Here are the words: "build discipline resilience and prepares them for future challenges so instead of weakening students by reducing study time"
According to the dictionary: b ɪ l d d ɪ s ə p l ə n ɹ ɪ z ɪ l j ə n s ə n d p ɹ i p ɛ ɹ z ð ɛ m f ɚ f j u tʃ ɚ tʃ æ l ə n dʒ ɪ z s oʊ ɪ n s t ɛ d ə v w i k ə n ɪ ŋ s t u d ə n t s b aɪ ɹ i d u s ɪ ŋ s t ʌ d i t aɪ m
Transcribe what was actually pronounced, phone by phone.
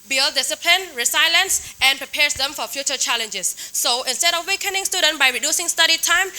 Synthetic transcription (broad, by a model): b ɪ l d d ɪ s ə p l ə n ɹ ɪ s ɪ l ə n s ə n p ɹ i p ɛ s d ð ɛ m f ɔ f j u tʃ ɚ tʃ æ l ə n dʒ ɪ s oʊ ɪ n s t ɛ d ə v w i k ə n ɪ ŋ s t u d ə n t b aɪ ɹ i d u s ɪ ŋ s t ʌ d i t aɪ m